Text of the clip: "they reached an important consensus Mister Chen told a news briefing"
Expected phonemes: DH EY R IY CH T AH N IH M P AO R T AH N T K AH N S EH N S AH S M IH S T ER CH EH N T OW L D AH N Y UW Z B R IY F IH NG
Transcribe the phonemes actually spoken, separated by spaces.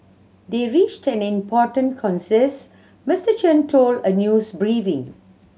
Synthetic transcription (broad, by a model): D EY R IY CH T AH N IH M P AO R T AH N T K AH N S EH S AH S M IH S T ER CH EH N T OW L D AH N Y UW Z B R IY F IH NG